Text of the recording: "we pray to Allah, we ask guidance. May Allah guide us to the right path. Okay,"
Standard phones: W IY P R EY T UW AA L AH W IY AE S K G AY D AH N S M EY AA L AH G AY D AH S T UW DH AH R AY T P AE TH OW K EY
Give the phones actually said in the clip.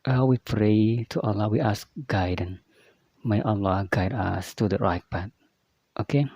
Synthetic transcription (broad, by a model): W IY P R EY T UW AA L AH W IY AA S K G AY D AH N M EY AA L AH G AY D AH S T UW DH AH R AY T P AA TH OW K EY